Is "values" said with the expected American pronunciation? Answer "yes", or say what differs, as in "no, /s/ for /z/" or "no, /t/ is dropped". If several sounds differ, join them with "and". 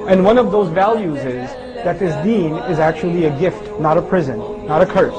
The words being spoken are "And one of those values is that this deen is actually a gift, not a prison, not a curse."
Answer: yes